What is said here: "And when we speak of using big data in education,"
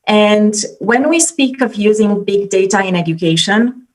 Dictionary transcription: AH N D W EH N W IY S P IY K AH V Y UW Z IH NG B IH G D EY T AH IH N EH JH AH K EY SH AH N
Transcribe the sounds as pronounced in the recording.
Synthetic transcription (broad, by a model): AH N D W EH N W IY S P IY K AH V Y UW Z IH NG B IH G D EY T AH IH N EH JH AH K EY SH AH N